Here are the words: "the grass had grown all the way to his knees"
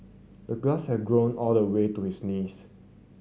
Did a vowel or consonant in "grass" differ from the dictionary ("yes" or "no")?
yes